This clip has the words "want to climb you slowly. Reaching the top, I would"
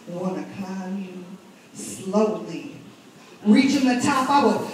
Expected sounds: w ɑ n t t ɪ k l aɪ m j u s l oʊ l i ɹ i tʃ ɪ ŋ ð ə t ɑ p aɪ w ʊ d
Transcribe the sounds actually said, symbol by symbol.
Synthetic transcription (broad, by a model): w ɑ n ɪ k aɪ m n s l oʊ l i ɹ i tʃ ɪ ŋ ð ə t ɑ p aɪ w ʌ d